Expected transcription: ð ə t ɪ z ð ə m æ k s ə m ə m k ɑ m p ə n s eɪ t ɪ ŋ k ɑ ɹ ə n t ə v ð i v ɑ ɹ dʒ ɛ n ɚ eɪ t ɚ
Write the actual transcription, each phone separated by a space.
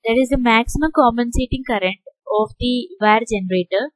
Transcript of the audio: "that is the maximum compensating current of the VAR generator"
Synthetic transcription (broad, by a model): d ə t ɪ z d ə m æ k s ə m ə m k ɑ m ə n s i t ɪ ŋ k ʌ ɹ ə n t ə v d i v ɑ ɹ dʒ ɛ n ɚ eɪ t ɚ